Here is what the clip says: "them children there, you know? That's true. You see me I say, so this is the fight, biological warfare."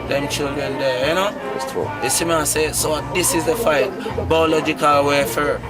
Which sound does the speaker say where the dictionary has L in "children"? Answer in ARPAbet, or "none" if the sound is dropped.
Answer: L